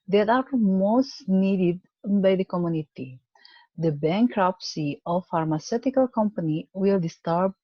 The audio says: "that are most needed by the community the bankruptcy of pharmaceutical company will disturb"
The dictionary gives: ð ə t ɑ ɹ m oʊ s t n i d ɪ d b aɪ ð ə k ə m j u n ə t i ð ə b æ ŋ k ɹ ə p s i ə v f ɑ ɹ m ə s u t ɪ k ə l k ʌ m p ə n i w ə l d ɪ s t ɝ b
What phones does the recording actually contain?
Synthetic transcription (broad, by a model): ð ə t ɑ ɹ m oʊ s t n i d ɪ d b aɪ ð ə k ə m j u n ə t i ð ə b æ ŋ k ɹ ə p s i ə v f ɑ ɹ m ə s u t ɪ k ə l k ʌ m p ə n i w ə l d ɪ s t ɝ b